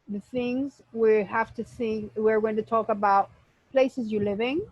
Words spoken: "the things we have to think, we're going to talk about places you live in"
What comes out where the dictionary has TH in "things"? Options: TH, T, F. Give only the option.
TH